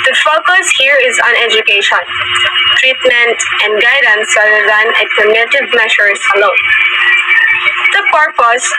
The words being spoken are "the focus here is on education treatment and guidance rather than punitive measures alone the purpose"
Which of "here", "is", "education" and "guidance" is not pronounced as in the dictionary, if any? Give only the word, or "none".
none